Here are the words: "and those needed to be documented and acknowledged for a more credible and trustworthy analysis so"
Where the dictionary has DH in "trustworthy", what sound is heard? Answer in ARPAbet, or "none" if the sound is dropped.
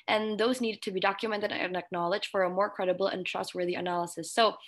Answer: DH